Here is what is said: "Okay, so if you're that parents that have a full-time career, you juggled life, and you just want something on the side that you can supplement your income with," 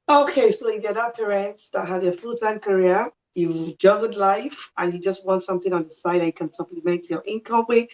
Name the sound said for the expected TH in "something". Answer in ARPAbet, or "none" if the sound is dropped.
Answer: TH